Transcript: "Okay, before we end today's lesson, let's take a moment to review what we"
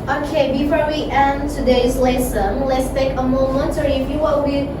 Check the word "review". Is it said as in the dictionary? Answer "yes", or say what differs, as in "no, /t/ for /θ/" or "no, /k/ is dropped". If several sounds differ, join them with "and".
no, /f/ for /v/